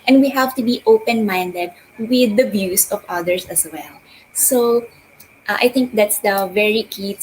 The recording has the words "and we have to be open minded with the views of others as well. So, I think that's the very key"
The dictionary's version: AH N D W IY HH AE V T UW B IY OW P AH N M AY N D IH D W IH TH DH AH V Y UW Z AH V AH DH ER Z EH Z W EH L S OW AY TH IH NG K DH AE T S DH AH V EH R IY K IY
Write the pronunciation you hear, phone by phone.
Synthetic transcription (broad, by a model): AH N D W IY HH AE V T UW B IY OW P AH N M AY N D IH D W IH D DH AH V Y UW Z AH V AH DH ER S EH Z W EH L S OW AY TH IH NG K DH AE T S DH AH V EH R IY K IY